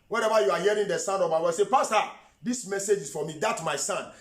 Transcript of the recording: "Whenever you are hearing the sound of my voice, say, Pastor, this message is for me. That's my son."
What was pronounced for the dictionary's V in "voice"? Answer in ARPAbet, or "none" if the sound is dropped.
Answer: W